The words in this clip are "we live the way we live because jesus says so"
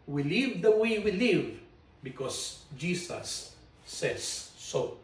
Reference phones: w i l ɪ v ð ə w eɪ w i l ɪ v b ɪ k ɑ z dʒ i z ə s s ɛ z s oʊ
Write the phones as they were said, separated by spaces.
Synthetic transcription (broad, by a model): w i l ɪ v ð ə w eɪ w i l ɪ v b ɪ k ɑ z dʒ i s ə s s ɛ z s oʊ